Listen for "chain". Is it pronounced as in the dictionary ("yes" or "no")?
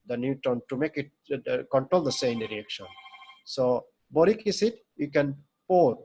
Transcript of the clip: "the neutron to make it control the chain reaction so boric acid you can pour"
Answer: no